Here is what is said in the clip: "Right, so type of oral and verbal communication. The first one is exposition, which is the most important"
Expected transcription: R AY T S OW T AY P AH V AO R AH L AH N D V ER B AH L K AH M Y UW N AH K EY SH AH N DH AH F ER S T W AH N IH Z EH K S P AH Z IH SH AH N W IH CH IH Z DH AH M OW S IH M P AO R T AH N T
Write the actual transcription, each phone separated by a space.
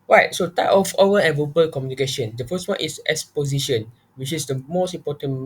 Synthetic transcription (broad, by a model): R AY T S OW T AY P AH F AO W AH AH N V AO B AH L K AH M Y UW N AH K EY SH AH N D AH F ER S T W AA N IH S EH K S P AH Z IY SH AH N W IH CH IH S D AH M OW S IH M P AO T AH N